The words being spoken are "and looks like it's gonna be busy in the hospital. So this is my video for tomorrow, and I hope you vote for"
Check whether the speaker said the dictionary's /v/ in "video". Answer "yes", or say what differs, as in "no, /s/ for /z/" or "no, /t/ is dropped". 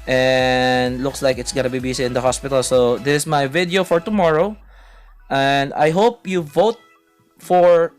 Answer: yes